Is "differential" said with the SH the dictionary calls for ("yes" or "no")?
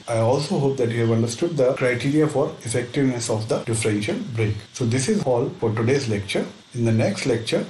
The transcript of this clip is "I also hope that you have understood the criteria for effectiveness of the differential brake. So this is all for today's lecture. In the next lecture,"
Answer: yes